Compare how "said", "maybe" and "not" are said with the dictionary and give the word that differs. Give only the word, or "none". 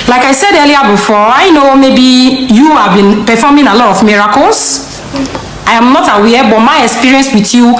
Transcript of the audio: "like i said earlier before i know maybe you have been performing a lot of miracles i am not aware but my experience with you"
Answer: none